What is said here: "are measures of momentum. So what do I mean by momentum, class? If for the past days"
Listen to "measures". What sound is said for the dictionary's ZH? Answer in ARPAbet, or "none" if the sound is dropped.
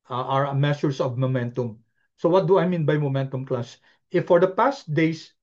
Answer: S